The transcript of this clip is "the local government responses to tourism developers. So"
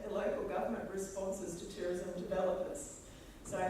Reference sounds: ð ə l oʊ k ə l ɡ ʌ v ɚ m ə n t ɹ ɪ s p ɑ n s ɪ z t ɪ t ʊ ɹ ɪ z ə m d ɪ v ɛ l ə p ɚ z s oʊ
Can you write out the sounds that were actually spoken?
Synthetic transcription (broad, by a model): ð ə l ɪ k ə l ɡ ʌ v ɚ m ə n t ɹ ɪ s p ɑ n s ɪ z t ɪ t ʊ ɹ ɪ z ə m d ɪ v ɛ l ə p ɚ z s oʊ